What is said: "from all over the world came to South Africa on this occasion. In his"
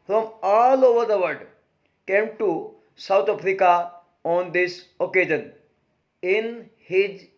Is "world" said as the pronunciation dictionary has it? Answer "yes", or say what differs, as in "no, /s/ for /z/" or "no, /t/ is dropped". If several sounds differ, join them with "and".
no, /l/ is dropped